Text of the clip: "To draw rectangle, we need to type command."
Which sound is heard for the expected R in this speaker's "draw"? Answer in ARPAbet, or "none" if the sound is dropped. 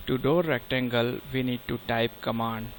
none